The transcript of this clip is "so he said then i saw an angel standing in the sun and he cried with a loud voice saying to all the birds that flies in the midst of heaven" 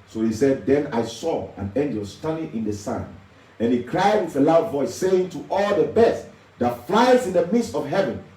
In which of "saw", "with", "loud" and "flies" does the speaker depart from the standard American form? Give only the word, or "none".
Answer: none